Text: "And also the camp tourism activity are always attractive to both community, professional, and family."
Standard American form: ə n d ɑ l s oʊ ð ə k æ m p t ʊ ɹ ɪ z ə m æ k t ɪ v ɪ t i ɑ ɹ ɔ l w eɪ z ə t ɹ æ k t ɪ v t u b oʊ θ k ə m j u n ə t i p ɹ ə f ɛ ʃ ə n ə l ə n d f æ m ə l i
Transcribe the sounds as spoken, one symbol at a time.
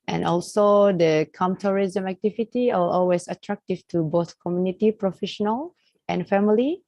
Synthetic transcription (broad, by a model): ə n ɑ l s oʊ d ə k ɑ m t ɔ ɹ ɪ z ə m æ k t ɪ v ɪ t i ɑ l ɔ l w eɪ s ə t ɹ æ k t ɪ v t u b oʊ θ k ə m j u n ə t i p ɹ ə f ɛ ʃ ə n ə l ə n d f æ m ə l i